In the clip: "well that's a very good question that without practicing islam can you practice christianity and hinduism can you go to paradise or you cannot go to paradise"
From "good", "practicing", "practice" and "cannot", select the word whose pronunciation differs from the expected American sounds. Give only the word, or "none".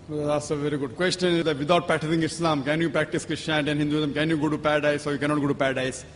practicing